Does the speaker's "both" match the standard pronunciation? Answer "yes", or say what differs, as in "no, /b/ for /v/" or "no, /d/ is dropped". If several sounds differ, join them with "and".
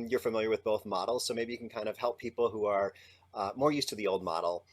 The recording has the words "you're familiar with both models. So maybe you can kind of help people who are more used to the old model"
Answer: yes